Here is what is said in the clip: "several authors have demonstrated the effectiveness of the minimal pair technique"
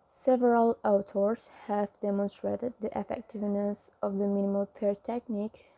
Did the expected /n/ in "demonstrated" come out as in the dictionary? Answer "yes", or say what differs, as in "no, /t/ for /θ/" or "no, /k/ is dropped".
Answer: yes